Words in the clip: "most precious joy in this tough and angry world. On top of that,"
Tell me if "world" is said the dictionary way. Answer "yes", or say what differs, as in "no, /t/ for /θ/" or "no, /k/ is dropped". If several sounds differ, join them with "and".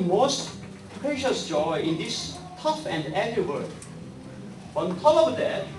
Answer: no, /l/ is dropped